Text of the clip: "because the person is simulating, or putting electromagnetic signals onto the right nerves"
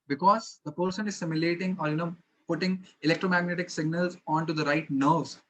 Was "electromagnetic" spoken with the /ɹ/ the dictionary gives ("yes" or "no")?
yes